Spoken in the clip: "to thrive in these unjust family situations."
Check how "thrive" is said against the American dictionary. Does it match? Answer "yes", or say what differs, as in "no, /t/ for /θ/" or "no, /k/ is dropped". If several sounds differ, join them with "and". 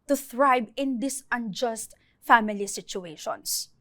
no, /b/ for /v/